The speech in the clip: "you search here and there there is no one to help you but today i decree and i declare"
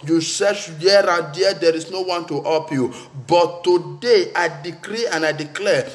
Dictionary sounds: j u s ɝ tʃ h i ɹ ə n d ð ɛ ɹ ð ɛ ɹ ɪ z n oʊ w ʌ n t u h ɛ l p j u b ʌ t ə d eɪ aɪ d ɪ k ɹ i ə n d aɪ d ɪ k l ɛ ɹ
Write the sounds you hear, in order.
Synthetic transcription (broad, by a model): j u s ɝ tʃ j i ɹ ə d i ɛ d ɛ ɹ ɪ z n oʊ w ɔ n t u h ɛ p j u b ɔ t ə d eɪ aɪ d ɪ k ɹ i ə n aɪ d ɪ k l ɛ